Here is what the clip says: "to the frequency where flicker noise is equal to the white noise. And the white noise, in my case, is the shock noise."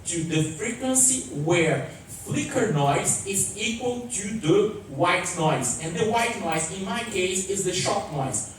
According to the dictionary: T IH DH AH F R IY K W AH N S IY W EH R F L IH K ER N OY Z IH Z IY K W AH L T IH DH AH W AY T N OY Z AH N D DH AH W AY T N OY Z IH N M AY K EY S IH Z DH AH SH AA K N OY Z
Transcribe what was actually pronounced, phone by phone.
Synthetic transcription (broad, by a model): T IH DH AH F R IY K W AH N S IY W EH R F L IH K ER N OY Z IH Z IY K W AH L T IH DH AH W AY T N OY Z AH N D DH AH W AY T N OY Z IH N M AY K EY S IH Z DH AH SH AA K N OY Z